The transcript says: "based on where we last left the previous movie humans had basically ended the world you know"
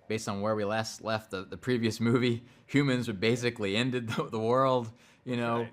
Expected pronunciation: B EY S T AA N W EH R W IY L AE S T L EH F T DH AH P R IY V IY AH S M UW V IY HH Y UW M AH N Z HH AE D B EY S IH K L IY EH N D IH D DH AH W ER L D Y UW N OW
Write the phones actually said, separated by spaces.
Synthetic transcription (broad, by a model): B EY S T N W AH R W IY L AE S T L EH F T DH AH P R IY V IY AH S M UW V IY HH Y UW M AH N Z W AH B EY S IH K L IY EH N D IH D DH AH W ER L D Y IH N OW